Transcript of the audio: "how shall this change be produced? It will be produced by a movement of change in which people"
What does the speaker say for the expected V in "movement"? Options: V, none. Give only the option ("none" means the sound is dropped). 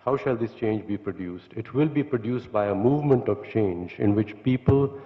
V